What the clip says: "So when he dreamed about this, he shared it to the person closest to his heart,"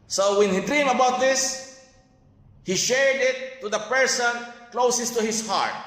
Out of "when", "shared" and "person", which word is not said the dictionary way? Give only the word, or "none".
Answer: none